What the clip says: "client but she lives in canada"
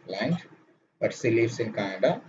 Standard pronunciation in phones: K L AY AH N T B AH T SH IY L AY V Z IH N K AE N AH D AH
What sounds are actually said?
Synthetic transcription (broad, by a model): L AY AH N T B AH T S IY L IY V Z IH N K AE N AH D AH